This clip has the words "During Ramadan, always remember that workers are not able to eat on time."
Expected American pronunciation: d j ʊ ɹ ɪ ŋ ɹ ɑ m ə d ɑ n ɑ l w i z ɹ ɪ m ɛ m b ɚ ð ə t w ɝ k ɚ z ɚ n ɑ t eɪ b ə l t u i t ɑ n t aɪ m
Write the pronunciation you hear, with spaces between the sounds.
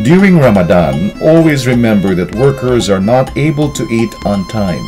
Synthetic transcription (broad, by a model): d j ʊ ɹ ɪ ŋ ɹ ɑ m ə d ɑ n ɑ l w i z ɹ ɪ m ɛ m b ɚ ð ə t w ɝ k ɚ z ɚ n ɑ t eɪ b ə l t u i t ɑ n t aɪ m